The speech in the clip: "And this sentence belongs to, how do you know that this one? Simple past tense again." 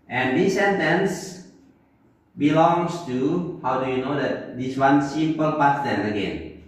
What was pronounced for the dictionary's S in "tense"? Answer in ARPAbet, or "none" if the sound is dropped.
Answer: none